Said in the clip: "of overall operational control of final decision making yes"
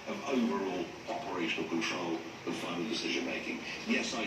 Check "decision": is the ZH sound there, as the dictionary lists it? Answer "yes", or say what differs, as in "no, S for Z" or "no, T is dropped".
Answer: yes